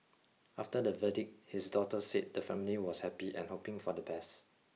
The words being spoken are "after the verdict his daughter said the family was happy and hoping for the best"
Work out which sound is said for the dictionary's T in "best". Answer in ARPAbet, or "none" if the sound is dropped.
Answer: T